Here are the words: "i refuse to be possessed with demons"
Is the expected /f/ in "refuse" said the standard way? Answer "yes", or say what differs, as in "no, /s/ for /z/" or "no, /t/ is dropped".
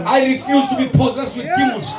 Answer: yes